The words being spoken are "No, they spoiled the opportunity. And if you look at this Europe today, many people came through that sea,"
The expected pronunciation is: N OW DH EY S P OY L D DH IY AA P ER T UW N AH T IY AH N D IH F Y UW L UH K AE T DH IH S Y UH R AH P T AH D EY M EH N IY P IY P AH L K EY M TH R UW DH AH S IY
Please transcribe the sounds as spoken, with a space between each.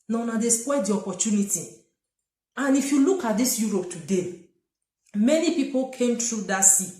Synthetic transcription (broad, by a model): N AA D EY S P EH D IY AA P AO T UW N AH T IY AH N IH F Y UW L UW K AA T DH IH S Y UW R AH P T AH D EY M EH N IY P IY P AH L K EY M T R UW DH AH S IY